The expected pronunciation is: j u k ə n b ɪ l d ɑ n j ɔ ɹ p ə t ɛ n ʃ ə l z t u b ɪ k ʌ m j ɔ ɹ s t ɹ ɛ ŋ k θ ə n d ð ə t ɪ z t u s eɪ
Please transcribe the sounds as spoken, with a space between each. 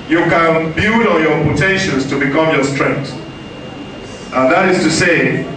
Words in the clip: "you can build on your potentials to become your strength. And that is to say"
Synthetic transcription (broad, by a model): j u k ə n b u d ɑ n j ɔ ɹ p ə t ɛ n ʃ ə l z t u b ɪ k ʌ m j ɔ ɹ s t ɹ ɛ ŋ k t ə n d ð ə t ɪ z t u s eɪ